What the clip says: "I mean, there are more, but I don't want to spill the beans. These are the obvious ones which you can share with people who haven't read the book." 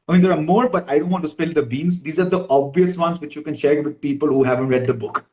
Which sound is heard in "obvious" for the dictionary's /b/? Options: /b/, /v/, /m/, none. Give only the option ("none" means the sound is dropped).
/b/